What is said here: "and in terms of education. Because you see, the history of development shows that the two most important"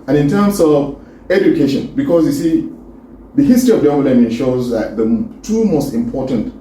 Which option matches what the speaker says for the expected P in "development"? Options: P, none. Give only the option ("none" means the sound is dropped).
none